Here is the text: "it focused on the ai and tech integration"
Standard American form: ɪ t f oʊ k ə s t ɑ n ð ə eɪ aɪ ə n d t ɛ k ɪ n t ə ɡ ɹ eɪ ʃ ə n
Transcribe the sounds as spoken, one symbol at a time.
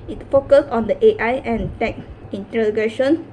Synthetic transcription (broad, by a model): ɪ t f oʊ k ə s ɑ n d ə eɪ aɪ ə n t ɛ k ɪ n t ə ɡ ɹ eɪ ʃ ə n